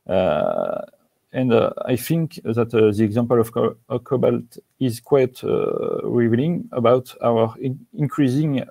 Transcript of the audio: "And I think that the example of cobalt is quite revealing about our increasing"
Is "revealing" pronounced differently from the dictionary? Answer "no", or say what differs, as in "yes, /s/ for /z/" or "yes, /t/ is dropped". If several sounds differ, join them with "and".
yes, /n/ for /l/